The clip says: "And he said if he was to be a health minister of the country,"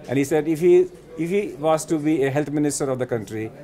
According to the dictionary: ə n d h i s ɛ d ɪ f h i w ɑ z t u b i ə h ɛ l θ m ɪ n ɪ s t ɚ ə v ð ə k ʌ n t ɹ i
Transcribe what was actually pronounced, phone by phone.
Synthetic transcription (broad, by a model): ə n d h i s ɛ d ɪ f h i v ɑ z t u b i ə h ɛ l t m ɪ n ɪ s t ɚ ə v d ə k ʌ n t ɹ i